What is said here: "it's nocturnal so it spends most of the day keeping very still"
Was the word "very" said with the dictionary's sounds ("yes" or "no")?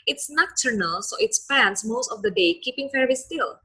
no